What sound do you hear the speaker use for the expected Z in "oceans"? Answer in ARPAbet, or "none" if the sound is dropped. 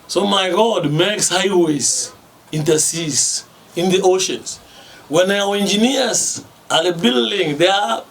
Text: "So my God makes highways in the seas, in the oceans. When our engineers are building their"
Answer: S